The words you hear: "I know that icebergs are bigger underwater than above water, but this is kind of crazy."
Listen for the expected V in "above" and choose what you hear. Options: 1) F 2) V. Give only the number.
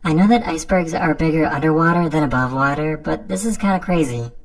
2